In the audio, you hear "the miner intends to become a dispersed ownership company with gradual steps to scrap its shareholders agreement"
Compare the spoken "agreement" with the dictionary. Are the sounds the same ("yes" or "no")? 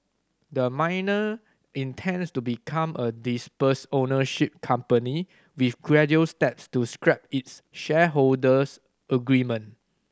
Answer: no